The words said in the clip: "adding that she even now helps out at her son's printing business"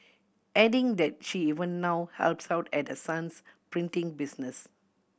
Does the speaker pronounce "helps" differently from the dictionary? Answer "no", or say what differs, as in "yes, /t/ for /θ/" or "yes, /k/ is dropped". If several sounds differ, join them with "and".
no